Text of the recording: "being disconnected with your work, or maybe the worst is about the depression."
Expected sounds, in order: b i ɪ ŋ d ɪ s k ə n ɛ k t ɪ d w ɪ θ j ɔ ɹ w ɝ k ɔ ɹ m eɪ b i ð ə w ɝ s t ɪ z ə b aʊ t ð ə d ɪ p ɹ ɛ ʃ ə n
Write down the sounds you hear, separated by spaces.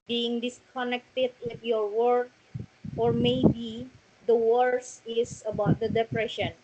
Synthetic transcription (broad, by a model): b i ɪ ŋ d ɪ s k ə n ɛ k t ɪ d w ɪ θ j ɔ ɹ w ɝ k ɔ ɹ m eɪ b i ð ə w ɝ s ɪ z ə b aʊ t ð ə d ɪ p ɹ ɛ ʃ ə n